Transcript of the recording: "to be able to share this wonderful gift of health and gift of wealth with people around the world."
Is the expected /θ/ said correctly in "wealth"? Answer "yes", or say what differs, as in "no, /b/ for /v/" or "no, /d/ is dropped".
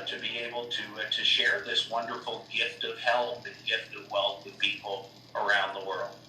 yes